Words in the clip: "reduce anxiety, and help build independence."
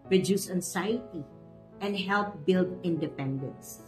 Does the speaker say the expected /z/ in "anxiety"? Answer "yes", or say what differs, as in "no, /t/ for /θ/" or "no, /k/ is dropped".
no, /s/ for /z/